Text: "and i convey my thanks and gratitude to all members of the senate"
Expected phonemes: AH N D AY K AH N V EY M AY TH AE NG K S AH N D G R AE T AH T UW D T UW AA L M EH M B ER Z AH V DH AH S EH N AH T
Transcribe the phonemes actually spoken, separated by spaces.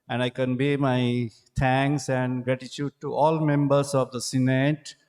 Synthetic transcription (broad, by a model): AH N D AY K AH N B EY M AY T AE NG K S AH N D G R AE T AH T UW D T UW AA L M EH M B ER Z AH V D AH S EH N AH T